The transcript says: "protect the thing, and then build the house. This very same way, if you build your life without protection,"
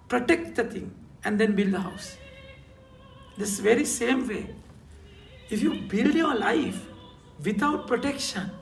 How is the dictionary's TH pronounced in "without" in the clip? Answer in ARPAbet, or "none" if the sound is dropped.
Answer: T